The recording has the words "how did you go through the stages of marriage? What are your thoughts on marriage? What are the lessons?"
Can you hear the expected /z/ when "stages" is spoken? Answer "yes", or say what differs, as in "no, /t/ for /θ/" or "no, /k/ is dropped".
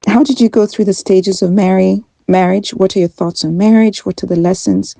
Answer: yes